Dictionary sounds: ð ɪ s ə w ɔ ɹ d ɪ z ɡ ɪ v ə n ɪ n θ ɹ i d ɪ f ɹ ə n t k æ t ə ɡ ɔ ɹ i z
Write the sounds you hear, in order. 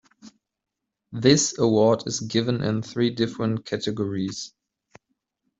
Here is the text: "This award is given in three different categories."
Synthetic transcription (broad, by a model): ð ɪ s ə w ɔ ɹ d ɪ z ɡ ɪ v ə n ɪ n θ ɹ i d ɪ f ɹ ə n t k æ t ə ɡ ɔ ɹ i z